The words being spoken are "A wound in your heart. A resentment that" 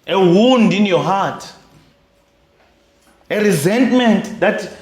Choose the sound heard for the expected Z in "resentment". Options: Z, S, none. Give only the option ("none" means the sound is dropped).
Z